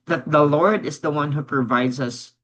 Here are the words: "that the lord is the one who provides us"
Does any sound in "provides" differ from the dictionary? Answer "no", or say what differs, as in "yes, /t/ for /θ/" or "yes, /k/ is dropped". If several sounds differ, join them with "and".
no